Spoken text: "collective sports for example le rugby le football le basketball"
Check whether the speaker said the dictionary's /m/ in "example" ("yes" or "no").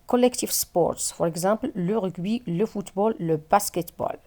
no